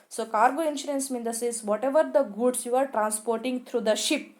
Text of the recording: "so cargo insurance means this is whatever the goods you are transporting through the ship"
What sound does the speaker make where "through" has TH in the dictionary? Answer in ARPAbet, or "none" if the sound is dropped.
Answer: T